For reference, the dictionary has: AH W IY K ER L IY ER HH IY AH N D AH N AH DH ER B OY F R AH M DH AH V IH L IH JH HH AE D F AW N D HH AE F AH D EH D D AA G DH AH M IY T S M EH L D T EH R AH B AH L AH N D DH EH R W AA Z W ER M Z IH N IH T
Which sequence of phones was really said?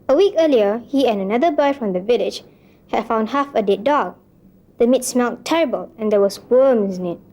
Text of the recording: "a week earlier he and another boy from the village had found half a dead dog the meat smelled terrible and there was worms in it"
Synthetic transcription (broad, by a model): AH W IY K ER L IY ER HH IY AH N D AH N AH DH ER B OY F R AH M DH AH V IH L IH JH HH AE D F AW N D HH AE F AH D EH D D AA G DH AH M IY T S M EH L T EH R AH B AH L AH N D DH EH W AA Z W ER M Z IH N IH T